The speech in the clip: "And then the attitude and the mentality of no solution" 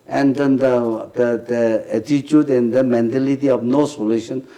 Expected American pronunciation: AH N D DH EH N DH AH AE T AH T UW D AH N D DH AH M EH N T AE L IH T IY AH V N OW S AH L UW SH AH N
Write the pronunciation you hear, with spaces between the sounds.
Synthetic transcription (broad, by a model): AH N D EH N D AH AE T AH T UW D AH N D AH M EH N T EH L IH T IY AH F N OW S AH L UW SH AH N